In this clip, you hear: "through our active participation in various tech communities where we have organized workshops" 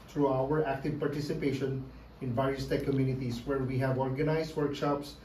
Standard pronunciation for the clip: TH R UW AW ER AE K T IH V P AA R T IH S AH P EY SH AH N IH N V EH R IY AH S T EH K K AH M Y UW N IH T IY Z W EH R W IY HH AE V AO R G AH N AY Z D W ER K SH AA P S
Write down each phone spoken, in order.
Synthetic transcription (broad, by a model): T R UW AW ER AE K T IH V P AA R T IH S AH P EY SH AH N IH N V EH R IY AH S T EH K K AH M Y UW N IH T IY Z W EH R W IY HH AE V AO R G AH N AY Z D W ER K SH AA P S